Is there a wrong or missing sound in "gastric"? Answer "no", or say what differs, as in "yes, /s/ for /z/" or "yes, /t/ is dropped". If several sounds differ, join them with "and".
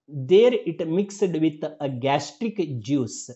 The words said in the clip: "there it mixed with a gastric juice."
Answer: no